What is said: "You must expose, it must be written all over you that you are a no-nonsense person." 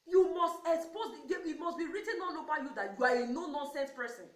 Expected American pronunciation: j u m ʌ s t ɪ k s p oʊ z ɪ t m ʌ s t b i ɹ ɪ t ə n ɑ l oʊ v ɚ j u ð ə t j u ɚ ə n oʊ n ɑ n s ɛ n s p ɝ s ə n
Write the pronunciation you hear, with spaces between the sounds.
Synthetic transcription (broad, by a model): j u m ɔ s t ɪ k s p oʊ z ɪ t m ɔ s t b i ɹ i t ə n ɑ n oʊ b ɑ j u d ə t j u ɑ ə n oʊ n ɑ n s ɛ n s p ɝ s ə n